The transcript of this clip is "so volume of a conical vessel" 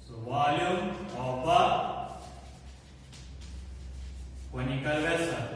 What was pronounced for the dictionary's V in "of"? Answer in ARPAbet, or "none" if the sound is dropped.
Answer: B